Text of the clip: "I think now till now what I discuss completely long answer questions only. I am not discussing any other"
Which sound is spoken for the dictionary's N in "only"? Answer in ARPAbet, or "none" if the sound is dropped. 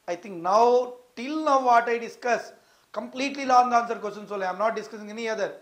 none